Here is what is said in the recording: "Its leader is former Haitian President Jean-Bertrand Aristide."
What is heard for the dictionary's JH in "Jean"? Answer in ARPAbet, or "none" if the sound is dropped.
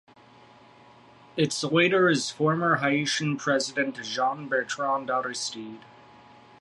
ZH